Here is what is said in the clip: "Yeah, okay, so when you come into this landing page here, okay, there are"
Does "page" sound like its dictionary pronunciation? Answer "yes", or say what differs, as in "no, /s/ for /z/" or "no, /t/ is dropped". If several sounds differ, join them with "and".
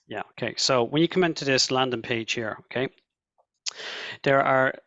no, /ʒ/ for /dʒ/